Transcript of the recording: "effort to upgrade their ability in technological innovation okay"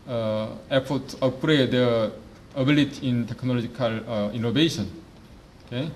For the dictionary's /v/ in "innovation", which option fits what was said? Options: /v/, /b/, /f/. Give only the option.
/b/